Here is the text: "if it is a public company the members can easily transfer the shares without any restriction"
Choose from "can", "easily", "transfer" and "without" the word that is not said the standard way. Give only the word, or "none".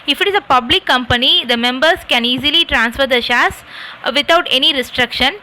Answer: without